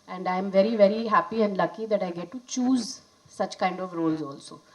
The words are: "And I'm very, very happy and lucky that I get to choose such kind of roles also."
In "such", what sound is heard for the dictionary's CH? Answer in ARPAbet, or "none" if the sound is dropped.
CH